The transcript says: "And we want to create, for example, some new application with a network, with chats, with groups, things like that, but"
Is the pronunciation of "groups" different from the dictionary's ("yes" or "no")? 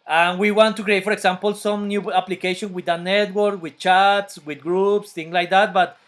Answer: no